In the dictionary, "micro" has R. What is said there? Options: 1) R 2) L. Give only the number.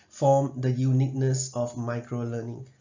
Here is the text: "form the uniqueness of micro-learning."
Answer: 1